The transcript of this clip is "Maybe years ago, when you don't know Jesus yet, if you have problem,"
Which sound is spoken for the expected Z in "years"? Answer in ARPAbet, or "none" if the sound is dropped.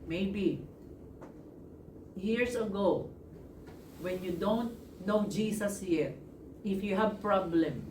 S